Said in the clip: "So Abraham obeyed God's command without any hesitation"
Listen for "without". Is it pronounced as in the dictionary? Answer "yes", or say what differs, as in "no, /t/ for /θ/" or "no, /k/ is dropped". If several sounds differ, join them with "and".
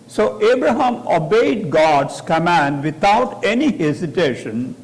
no, /t/ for /θ/